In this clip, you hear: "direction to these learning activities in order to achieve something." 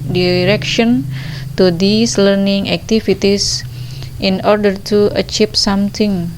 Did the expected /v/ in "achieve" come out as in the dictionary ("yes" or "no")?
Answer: no